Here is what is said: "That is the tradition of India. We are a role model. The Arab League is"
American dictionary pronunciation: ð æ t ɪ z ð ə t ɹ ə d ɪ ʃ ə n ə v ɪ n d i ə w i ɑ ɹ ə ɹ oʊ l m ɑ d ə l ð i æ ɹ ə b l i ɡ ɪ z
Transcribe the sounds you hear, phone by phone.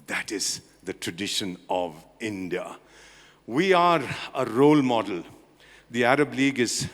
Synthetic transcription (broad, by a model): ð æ t ɪ z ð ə t ɹ ə d ɪ ʃ ə n ə v ɪ n d i ə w i ɑ ɹ ə ɹ oʊ l m ɑ d ə l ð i æ ɹ ə b l i ɡ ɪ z